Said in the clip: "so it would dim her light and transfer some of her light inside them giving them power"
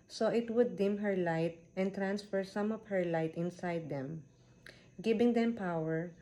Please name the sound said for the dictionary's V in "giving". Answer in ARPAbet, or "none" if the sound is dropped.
B